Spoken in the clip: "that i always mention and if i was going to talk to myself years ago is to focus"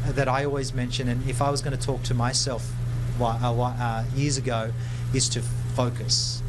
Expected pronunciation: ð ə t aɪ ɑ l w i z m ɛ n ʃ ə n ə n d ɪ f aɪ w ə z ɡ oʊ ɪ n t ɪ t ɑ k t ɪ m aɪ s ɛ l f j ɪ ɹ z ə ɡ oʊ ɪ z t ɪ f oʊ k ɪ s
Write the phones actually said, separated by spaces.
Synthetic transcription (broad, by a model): ð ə t aɪ ɑ l w i z m ɛ n ʃ ə n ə n ɪ f aɪ w ə z ɡ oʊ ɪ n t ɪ t ɑ k t ɪ m aɪ s ɛ l f j ɪ ɹ z ə ɡ oʊ ɪ z t ɪ f oʊ k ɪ s